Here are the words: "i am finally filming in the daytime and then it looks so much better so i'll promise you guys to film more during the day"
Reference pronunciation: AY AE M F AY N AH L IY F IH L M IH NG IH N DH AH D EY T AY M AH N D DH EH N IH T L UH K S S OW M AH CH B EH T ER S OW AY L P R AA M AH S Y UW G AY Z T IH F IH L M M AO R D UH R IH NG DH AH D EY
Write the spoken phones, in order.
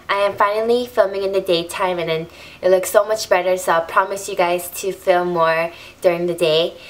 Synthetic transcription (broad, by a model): AY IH M F AY N L IY F IH L M IH NG IH N DH AH D EY T AY M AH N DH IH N IH T L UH K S S OW M AH CH B EH T ER S OW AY P R AA M AH S Y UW G AY Z T IH F IH L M M AO R D UH R IH NG DH AH D EY